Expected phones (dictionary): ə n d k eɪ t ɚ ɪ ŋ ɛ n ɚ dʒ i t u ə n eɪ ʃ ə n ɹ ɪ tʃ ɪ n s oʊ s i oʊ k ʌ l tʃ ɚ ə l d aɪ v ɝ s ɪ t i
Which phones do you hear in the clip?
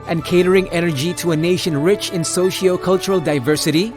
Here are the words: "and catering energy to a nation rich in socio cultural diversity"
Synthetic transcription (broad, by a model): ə n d k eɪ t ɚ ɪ ŋ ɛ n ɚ dʒ i t u ə n eɪ ʃ ə n ɹ ɪ tʃ ɪ n s oʊ ʃ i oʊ k ʌ l tʃ ɚ ə l d aɪ v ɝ s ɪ t i